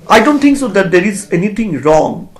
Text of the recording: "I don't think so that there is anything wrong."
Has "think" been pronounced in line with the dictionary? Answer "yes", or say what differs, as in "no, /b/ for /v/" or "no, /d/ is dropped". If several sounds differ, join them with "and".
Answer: no, /t/ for /θ/